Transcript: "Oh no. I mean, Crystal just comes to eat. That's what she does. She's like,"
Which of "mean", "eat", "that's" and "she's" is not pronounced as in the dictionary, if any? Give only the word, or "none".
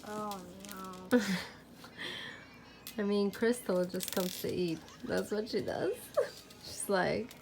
she's